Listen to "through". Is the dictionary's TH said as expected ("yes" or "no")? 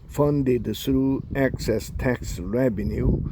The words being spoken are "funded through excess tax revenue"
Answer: no